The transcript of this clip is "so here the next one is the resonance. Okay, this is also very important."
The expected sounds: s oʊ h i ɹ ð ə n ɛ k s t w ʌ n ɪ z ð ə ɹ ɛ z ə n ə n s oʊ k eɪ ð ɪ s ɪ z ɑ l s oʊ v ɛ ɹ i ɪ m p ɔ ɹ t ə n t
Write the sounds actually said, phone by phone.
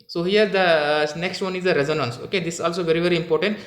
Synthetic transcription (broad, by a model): s oʊ h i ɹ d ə n ɛ k s t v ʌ n ɪ z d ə ɹ ɛ z ə n ə n s oʊ k eɪ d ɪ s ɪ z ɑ l s oʊ v ɛ ɹ i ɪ m p ɔ ɹ t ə n t